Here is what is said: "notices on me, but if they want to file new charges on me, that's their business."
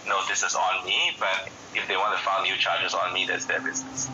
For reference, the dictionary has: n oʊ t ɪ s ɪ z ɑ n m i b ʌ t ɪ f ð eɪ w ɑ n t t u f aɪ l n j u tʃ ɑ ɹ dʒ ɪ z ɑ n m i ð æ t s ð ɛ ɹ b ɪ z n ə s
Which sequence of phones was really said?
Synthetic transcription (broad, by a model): n oʊ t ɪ s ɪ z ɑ n m i b ʌ t ɪ f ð eɪ w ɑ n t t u f aɪ n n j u tʃ ɑ ɹ dʒ ɪ z ɑ n m i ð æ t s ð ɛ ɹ b ɪ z n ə s